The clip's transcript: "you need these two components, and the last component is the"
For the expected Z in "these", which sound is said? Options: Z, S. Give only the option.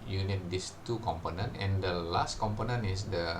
S